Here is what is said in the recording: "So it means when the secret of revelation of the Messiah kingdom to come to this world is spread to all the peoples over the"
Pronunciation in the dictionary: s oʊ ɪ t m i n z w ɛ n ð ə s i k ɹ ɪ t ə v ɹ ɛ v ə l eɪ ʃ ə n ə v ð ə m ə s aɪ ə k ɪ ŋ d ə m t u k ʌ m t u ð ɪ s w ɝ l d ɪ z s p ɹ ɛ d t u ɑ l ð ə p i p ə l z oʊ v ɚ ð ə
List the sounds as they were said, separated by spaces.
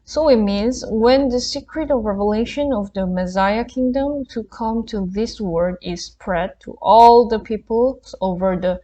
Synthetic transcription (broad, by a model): s oʊ ɪ t m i n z w ɛ n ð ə s i k ɹ ɪ t ə v ɹ ɛ v ə l eɪ ʃ ə n ə v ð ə m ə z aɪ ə k ɪ ŋ d ə m t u k ʌ m t u ð ɪ s w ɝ d ɪ z s p ɹ ɛ d t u ɑ l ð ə p i p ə l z oʊ v ɚ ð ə